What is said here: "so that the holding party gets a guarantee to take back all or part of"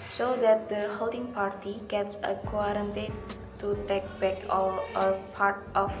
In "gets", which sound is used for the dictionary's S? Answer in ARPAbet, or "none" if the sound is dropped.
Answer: S